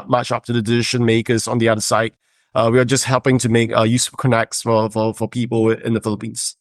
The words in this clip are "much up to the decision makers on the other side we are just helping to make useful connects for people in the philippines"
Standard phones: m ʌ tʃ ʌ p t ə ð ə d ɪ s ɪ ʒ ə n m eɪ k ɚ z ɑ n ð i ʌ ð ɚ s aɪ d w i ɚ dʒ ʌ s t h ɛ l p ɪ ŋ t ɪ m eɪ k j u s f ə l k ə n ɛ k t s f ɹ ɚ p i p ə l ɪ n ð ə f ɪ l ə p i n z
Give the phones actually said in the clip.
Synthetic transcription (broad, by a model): m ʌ tʃ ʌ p t ə ð ə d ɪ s ɪ ʃ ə n m eɪ k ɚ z n ð i ʌ ð ɚ s aɪ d w i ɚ dʒ ʌ s t h ɛ l p ɪ ŋ t ɪ m eɪ k j u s ə k ə n ɛ k t s f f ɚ f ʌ p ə l ɪ n ð ə f ɪ l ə p i n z